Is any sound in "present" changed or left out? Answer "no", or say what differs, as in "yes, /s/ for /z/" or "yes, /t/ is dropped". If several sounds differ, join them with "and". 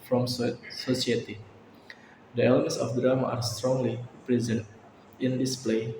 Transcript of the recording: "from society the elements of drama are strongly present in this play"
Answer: no